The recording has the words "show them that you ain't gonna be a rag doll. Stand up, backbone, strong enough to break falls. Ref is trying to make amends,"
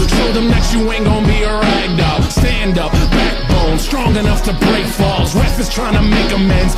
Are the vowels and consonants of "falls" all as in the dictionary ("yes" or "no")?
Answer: yes